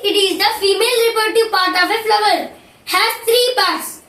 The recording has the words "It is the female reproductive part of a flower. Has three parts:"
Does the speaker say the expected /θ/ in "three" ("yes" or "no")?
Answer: no